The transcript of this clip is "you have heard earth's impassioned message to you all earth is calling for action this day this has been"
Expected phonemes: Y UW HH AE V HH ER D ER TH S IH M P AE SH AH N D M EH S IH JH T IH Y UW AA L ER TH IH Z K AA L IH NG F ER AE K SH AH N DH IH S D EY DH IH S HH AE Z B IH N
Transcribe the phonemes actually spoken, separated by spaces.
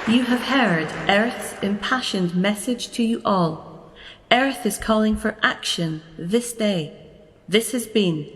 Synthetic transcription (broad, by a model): Y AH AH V HH ER D ER TH S IH M P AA SH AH N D M EH S IH JH T IH Y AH AA L ER TH IH Z K AA L IH NG F ER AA K SH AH N DH IH S D EY DH IH S HH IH Z B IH N